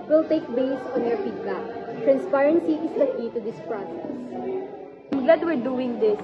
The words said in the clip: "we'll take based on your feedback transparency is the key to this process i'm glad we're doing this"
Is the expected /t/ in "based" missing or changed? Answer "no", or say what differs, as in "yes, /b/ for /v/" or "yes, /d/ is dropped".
yes, /t/ is dropped